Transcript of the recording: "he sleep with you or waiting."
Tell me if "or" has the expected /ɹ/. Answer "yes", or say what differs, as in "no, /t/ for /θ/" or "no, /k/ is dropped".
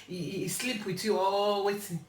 no, /l/ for /ɹ/